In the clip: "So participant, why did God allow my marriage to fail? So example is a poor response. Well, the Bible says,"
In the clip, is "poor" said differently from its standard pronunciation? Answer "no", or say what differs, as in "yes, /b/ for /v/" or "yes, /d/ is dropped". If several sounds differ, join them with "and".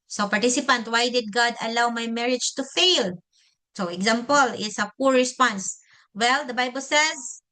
no